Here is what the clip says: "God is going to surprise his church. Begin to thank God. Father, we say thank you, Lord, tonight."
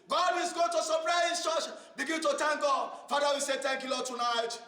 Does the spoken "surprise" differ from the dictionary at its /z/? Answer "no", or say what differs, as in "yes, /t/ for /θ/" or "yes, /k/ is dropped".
yes, /z/ is dropped